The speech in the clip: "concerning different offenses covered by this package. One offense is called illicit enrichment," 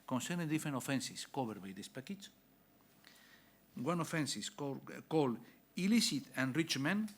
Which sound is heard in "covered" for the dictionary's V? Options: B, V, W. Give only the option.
B